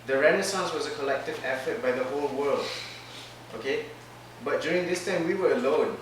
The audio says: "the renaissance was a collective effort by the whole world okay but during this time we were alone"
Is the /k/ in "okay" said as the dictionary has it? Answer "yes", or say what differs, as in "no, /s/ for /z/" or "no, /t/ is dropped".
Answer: yes